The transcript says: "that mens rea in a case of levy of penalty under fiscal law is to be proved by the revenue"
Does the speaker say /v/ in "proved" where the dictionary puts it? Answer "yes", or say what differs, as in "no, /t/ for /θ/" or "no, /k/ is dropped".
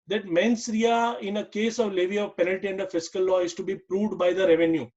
yes